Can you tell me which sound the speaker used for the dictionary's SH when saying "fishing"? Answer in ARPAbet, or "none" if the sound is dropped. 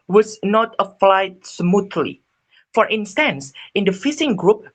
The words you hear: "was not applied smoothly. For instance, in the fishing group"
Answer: S